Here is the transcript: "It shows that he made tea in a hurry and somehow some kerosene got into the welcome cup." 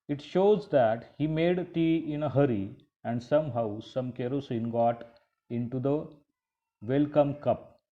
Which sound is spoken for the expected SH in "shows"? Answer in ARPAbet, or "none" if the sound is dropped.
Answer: SH